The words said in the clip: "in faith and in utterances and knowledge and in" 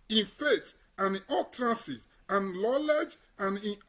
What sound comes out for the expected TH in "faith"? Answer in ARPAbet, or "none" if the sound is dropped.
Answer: T